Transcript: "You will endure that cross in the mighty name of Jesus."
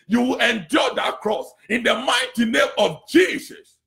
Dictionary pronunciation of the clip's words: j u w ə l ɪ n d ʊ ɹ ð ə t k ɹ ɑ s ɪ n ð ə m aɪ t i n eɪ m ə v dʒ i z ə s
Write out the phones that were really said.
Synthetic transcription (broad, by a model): j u w ə l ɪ n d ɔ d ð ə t k ɹ ɑ s ɪ n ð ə m aɪ t i n eɪ m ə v dʒ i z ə s